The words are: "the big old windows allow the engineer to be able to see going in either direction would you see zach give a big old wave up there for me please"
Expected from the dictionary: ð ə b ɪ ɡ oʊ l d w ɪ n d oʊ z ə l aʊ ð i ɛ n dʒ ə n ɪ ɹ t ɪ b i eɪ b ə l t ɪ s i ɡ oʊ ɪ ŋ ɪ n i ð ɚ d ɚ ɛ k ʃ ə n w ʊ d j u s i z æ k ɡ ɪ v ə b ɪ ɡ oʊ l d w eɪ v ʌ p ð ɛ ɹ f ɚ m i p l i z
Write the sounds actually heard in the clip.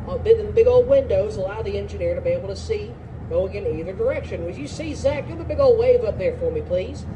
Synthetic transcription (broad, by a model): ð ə b ɪ ɡ oʊ l d w ɪ n d oʊ z ə l aʊ ð i ɛ n dʒ ə n ɪ ɹ t ɪ b i eɪ b l t ɪ s i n oʊ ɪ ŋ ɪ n i ð ɚ d ɚ ɛ k ʃ ə n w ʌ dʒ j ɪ s i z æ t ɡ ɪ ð ə b ɪ ɡ oʊ l d w eɪ v ʌ p ð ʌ ɹ f ɚ m i p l i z